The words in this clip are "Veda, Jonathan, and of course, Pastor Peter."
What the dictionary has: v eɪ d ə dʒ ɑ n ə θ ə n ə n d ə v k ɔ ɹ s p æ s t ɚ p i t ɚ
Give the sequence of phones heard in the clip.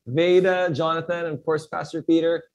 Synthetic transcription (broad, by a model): v eɪ d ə dʒ ɑ n ə θ ə n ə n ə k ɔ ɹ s p æ s t ɚ p i t ɚ